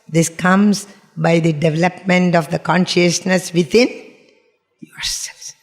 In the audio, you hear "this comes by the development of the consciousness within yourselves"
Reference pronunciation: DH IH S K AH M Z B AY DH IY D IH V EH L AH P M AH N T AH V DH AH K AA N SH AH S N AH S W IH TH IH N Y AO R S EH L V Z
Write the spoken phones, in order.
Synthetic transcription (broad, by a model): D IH S K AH M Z B AY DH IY D IH V EH L AH P M AH N T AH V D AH K AA N SH AH S N AH S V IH T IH N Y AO R S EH L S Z